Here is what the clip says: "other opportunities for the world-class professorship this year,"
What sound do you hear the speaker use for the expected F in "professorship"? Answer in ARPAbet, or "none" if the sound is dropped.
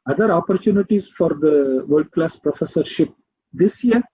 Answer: F